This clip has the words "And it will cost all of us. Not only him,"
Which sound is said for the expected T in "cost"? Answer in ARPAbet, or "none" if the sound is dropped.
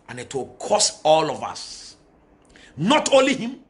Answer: none